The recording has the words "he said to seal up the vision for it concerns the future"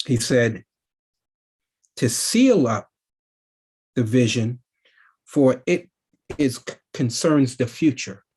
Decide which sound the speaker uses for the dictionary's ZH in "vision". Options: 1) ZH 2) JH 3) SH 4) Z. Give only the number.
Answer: 1